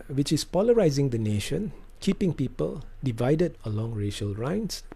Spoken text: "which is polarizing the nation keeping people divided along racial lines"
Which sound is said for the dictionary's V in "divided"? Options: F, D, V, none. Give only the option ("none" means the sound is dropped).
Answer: V